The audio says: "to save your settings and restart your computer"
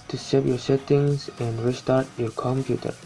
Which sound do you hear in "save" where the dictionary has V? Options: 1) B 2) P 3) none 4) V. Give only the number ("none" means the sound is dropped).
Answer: 2